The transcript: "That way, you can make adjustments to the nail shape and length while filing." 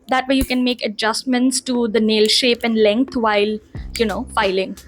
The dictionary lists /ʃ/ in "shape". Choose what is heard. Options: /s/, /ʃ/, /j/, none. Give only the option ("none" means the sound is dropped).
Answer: /ʃ/